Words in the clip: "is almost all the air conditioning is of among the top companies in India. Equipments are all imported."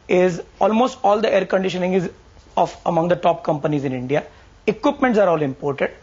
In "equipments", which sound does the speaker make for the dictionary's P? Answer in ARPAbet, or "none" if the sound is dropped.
P